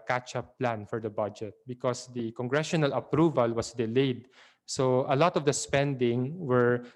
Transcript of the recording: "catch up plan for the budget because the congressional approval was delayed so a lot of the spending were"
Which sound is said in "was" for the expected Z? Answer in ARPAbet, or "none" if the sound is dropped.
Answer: S